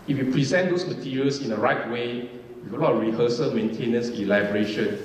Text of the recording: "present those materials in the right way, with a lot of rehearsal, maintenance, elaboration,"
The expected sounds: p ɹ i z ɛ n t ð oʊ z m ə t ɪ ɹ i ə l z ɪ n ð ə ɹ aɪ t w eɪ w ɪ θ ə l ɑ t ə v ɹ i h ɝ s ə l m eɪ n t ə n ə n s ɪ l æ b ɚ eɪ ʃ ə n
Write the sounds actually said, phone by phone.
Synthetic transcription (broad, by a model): p ɹ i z ɛ n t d oʊ s m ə t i ɹ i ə l s ɪ n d ə ɹ aɪ t w eɪ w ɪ ə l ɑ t ɹ i h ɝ s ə l m eɪ n t ə n ə n s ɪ l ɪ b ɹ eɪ ʃ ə n